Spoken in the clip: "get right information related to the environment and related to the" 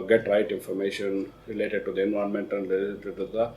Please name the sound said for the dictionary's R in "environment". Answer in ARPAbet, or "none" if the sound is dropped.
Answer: none